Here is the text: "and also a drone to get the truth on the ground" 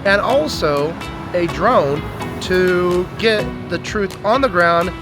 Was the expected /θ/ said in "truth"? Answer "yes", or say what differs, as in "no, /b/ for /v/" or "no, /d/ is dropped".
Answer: yes